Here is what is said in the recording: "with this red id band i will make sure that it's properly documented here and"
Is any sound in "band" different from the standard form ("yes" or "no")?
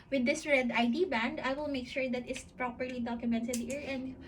no